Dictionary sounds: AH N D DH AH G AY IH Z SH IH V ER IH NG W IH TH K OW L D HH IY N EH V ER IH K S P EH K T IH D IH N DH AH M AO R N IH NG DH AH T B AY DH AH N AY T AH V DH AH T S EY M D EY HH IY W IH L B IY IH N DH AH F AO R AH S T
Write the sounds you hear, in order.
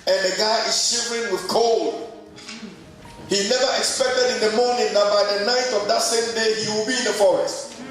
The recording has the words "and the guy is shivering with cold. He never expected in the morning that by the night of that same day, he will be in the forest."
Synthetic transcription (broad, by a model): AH N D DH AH G AY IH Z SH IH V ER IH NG W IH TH K OW L D HH IY N EH V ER IH K S P EH K T IH D IH N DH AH M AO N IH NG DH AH T B AY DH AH N AY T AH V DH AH T S EY M D EY HH IY W IH L B IY IH N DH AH F AO R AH S T